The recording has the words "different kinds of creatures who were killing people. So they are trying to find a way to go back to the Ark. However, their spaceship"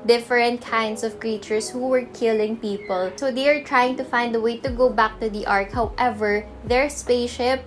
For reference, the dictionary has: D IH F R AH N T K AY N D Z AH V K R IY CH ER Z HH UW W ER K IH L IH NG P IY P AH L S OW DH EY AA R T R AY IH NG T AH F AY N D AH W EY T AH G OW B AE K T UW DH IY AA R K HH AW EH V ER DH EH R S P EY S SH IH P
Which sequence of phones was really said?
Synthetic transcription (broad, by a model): D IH F R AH N T K AY N D S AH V K R IY CH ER S HH UW W ER K IH L IH NG P IY P AH L S OW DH EY AA R T R AY IH NG T AH F AY N D AH W EY T AH G OW B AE K T UW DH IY AA R K HH AW EH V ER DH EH R S P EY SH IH P